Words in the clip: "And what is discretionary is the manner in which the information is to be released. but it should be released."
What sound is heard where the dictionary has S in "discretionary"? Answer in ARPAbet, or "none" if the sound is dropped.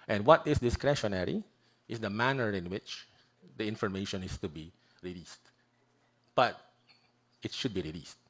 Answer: S